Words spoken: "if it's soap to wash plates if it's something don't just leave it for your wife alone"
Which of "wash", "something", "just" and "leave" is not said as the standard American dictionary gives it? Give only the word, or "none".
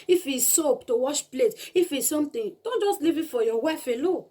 something